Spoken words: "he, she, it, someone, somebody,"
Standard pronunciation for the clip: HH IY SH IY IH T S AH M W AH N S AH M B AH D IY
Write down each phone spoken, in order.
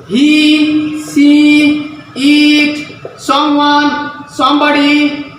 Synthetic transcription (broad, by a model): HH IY S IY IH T S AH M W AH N S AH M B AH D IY